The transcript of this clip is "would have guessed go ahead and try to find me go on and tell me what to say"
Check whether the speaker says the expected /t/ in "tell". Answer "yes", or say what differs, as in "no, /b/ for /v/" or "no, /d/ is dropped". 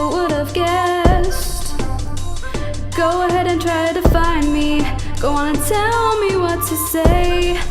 yes